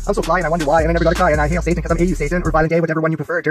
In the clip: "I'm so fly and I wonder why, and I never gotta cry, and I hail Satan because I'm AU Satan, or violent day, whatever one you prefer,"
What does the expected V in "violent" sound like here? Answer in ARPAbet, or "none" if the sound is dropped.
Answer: B